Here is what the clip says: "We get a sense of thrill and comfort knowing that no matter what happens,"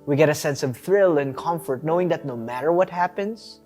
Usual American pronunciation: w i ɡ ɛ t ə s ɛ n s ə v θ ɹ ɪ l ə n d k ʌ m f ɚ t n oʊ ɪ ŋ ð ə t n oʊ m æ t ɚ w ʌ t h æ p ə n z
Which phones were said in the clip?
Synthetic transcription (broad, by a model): w i ɡ ɛ t ə s ɛ n s ə v θ ɹ ɪ l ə n k ʌ m f ɚ t n oʊ ɪ ŋ ð ə t n oʊ m æ t ɚ w ʌ t h æ p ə n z